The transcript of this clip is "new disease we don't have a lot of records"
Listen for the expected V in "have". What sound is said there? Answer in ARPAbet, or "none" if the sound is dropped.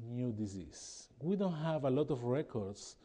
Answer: V